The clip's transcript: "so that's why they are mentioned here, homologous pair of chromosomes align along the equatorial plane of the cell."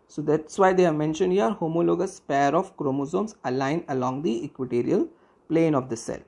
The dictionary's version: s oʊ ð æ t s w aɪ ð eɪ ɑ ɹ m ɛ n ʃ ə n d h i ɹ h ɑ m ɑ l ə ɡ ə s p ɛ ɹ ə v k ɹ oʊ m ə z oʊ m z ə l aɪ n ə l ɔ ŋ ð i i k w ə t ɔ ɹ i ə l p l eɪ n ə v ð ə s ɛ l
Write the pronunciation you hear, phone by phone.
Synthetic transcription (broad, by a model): s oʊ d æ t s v aɪ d eɪ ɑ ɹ m ɛ n ʃ ə n d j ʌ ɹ h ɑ m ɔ l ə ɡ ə s p ɛ ɹ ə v k ɹ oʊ m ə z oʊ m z ə l aɪ n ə l ɔ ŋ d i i k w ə t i ɹ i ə l p l eɪ n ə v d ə s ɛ l